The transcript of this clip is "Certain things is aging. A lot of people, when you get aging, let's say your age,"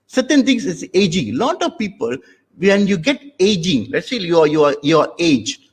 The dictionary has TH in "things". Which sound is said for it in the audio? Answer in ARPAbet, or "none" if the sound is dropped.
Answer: T